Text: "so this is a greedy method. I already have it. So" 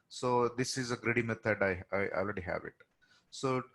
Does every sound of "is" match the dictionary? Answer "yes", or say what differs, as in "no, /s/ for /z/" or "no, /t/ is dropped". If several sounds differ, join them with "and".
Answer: yes